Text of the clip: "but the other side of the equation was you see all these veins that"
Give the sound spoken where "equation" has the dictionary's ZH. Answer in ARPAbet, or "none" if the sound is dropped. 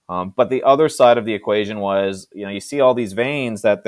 ZH